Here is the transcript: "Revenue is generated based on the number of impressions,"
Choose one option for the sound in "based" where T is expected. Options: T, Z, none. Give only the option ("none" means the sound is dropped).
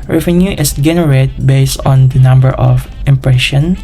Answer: T